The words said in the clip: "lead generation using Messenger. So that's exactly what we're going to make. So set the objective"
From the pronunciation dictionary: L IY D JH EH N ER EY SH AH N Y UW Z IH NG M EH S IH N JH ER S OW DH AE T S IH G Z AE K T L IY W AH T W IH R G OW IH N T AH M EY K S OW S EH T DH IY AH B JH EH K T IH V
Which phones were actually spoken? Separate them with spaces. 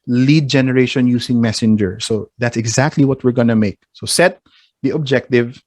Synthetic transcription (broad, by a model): L IY D JH EH N ER EY SH AH N Y UW S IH NG M EH S IH N JH ER S OW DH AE T S IH G Z AE K T L IY W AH T W IH R G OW N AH M EY K S OW S EH T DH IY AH B JH EH K T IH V